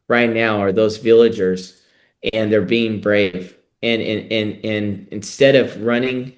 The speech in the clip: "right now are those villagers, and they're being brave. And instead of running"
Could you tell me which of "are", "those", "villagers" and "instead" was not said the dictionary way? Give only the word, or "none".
none